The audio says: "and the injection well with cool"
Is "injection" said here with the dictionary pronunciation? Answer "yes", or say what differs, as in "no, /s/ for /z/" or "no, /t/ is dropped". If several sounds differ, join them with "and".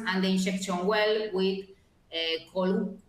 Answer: no, /ʃ/ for /dʒ/